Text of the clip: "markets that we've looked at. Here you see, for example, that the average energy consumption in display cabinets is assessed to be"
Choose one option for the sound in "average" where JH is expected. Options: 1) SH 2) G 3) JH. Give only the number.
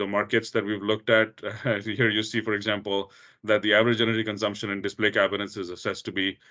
3